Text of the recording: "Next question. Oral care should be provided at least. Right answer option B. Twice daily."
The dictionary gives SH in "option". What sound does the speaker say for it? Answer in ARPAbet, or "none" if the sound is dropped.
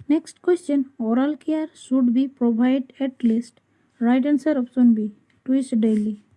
S